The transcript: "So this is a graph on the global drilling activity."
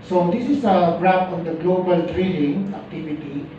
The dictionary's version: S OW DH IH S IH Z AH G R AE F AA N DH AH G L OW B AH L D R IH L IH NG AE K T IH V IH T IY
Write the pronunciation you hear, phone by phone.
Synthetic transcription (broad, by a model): S OW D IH S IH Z AH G R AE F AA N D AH G L OW B AH L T R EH N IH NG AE K T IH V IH T IY